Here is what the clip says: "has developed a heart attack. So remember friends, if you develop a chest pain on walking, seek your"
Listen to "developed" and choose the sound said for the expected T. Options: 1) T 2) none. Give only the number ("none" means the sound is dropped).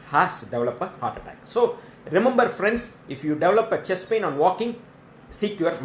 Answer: 2